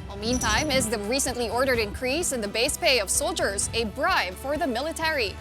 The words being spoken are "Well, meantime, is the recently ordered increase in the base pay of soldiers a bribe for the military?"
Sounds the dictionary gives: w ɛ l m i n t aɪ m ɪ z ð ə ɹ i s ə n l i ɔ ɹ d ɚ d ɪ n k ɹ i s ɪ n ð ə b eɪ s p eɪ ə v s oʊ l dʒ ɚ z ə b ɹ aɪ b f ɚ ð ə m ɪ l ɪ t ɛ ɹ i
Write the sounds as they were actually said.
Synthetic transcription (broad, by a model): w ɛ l m i n t aɪ m ɪ z ð ə ɹ i s ə n l i ɔ ɹ d ɚ d ɪ n k ɹ i s ɪ n ð ə b eɪ s p eɪ ə v s oʊ l dʒ ɚ z ə b ɹ aɪ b f ɚ ð ə m ɪ l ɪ t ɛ ɹ i